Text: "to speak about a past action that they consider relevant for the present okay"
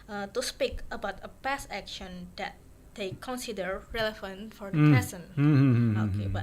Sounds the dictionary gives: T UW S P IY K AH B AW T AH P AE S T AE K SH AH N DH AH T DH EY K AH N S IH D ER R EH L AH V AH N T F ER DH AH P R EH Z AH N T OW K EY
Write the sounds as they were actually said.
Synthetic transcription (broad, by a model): T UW S P IY K AH B AW T AH P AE S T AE K SH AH N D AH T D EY K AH N S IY D ER R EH L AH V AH N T F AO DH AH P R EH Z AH N OW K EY